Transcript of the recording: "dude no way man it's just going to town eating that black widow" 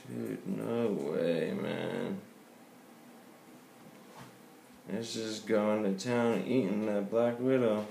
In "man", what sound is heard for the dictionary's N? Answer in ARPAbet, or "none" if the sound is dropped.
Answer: N